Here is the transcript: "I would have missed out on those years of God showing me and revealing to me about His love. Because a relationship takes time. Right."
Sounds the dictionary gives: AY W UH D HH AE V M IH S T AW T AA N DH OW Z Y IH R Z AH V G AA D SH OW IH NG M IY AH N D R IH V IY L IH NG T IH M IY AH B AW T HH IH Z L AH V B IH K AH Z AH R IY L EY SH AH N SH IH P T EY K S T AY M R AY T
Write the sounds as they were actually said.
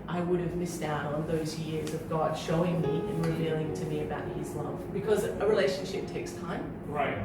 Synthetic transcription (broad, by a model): AY W UH D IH V M IH S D AW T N DH OW Z Y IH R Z AH V G AA D SH OW IH NG M IY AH N R IH V IY L IH NG T IH M IY AH B AW T HH IH Z L AH V B IH K AH Z AH R IY L EY SH AH N SH IH P T EY K S T AY M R AY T